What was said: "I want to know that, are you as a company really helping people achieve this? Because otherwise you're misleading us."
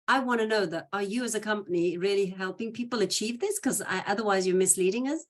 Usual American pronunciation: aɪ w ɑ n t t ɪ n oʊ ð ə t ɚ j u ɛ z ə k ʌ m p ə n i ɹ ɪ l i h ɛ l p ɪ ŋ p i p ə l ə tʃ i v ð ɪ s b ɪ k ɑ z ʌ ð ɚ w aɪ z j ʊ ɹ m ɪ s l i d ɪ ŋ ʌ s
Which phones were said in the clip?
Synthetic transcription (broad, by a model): aɪ w ɑ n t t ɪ n oʊ ð ə t ɚ j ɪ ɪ z ə k ʌ m p ə n i ɹ ɪ l i h ɛ l p ɪ ŋ p i p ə l ə tʃ i v ð ɪ s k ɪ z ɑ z ʌ ð ɚ w aɪ z j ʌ ɹ m ɪ s l i d ɪ ŋ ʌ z